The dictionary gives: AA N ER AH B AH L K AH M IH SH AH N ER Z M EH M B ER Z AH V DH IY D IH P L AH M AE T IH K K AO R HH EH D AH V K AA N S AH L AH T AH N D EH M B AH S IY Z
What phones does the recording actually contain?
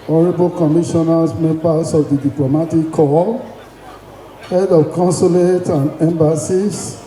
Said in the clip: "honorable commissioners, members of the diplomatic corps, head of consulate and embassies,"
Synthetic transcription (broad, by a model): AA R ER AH B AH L K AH M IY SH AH N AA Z M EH M B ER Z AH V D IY D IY P L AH M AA T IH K K AO L HH EH D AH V K AA N S AH L AH T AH N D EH M B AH S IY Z